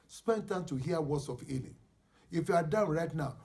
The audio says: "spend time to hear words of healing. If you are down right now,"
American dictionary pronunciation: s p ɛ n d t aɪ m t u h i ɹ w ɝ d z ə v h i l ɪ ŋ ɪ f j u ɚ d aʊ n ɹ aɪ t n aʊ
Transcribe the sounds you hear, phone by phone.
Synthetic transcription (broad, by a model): s p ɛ n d t aɪ m t u h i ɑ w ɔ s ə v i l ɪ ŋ ɪ f j u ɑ d aʊ n ɹ aɪ t n aʊ